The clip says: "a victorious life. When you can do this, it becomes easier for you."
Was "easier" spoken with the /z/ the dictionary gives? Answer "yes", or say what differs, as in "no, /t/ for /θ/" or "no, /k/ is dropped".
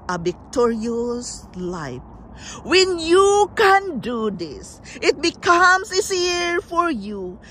no, /s/ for /z/